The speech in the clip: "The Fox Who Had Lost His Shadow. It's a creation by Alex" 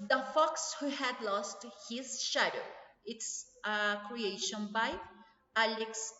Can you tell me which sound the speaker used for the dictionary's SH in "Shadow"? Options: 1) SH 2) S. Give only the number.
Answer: 1